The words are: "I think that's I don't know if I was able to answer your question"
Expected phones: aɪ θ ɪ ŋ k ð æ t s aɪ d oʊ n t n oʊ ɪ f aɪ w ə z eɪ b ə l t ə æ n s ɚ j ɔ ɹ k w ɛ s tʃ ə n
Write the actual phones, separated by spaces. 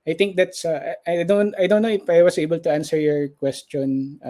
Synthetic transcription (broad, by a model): aɪ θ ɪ ŋ k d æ t s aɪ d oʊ n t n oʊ ɪ f aɪ w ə s eɪ b ə l t ə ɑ n s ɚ j ɔ ɹ k w ɛ s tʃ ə n